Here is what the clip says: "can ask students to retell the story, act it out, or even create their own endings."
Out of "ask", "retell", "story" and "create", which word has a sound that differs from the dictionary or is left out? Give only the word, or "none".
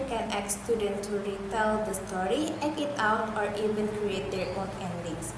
ask